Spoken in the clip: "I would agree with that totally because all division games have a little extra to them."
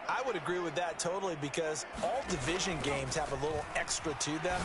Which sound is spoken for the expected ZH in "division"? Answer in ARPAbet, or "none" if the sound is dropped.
ZH